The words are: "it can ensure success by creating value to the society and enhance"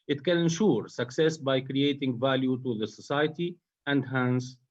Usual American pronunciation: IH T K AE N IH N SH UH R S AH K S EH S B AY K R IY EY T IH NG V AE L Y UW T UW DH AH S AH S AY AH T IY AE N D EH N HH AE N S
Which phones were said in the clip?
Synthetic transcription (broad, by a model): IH T K AE N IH N SH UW R S AH K S EH S B AY K R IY EY T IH NG V AE L Y UW T UW DH AH S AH S AY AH T IY AE N D HH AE N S